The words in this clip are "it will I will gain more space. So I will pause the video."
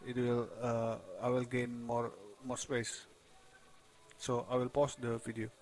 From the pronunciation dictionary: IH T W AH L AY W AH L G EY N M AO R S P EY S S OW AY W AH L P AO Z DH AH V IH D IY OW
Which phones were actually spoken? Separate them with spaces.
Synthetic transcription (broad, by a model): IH T W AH L AY W AH L G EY N M AO R S P EY S S OW AY W AH L P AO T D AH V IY D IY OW